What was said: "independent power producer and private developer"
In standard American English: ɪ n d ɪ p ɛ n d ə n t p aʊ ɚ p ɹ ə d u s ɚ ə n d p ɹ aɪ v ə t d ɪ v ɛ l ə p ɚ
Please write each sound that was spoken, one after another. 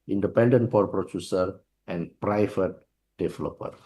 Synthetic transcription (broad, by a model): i n d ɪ p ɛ n d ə n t f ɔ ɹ p ɹ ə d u s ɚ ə n p ɹ aɪ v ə t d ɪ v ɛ l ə p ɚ